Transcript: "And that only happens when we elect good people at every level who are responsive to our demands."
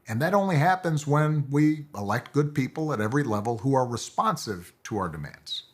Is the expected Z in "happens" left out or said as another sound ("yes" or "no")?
no